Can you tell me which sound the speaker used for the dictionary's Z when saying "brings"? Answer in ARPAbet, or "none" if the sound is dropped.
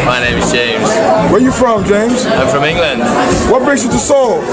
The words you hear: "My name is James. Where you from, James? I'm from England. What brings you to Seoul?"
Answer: S